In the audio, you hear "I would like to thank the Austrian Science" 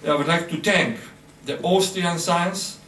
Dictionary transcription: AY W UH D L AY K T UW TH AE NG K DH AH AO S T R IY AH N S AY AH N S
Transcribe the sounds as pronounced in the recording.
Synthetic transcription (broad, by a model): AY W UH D L AY K T UW T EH NG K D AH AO S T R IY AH N S AY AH N S